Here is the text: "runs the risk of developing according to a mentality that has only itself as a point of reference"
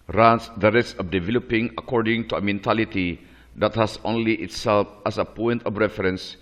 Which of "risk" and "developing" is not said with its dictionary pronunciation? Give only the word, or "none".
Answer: risk